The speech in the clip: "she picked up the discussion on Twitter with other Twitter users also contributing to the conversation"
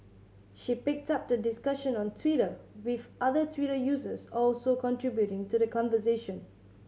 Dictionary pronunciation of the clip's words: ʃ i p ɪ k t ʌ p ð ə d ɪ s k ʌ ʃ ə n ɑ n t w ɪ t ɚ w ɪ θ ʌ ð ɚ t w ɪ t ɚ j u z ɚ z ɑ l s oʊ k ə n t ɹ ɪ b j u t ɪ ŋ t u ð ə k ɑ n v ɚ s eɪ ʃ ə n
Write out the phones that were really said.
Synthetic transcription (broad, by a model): ʃ i p ɪ k t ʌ p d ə d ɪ s k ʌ ʃ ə n ɑ n t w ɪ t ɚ w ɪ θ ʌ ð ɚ t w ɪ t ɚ j u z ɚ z ɑ l s oʊ k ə n t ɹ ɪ b j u t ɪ ŋ t u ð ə k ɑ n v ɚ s eɪ ʃ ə n